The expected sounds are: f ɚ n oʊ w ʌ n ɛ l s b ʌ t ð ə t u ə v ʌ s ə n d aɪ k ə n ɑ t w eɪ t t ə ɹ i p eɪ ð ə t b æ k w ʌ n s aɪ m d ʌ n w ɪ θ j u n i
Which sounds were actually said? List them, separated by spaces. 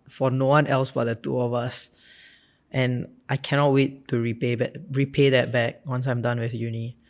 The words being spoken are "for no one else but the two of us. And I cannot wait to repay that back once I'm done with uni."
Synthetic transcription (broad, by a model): f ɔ n oʊ w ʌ n ɛ l s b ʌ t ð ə t u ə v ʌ s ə n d aɪ k ə n ɑ t w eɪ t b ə ɹ i p eɪ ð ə t b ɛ k w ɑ n s aɪ m d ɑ n w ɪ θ j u n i